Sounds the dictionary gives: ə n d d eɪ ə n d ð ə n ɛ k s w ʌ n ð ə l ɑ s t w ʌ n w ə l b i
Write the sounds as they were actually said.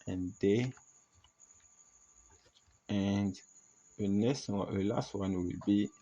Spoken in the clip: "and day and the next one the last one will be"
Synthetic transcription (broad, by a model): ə n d d eɪ ə n d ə n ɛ s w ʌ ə l ɑ s t w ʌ n w ə l b i